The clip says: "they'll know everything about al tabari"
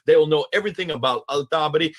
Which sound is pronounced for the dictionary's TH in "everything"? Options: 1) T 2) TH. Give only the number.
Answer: 2